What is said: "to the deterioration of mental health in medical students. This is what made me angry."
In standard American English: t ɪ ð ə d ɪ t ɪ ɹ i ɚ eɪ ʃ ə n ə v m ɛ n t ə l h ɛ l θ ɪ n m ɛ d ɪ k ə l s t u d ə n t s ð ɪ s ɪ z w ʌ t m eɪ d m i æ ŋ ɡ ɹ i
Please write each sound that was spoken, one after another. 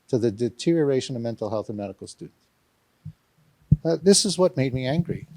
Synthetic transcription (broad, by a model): t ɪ ð ə d ɪ t ɪ ɹ i ɚ eɪ ʃ ə n ə v m ɛ n t l h ɛ l θ ɪ n m ɛ d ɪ k l s t u d n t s ð ɪ s ɪ z w ʌ t m eɪ d m i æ ŋ ɡ ɹ i